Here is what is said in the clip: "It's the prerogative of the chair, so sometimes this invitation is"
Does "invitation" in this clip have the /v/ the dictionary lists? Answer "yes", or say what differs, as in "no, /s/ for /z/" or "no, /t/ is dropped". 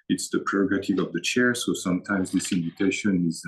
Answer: yes